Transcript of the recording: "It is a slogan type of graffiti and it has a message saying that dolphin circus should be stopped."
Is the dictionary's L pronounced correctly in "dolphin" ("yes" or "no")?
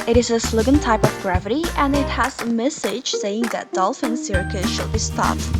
yes